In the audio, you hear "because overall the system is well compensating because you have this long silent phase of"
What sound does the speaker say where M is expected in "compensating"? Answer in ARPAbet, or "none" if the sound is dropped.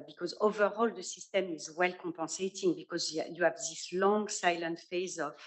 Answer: none